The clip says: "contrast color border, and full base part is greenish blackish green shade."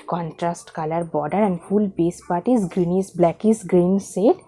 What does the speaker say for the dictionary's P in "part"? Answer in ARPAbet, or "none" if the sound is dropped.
P